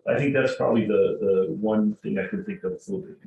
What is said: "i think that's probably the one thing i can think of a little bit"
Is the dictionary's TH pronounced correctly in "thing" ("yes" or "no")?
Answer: yes